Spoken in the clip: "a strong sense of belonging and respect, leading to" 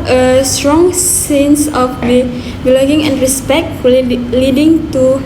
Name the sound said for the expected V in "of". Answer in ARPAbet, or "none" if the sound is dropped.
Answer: B